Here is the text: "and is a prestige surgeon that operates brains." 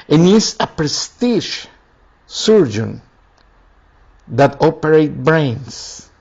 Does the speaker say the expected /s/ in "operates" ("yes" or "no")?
no